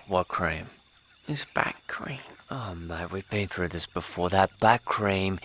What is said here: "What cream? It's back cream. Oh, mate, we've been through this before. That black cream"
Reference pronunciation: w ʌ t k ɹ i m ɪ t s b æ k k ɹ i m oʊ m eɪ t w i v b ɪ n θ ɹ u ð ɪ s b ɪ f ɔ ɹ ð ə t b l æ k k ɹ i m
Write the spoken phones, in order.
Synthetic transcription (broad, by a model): w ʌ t k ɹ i m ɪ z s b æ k k ɹ i m oʊ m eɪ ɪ w i v b ɪ n θ ɹ u ð ɪ s b ɪ f ɔ ɹ ð ə t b æ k k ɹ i m